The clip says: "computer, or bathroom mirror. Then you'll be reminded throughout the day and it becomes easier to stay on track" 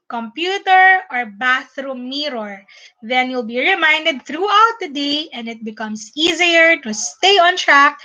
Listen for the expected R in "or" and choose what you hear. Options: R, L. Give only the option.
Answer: R